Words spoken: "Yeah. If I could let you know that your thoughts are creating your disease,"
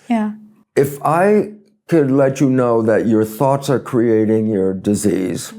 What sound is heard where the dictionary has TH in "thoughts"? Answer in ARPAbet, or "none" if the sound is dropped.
TH